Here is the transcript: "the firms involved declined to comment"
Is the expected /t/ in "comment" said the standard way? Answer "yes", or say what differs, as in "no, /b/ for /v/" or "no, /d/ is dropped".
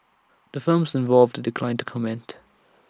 yes